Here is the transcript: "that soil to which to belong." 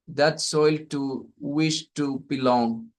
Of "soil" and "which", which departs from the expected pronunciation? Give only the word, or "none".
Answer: which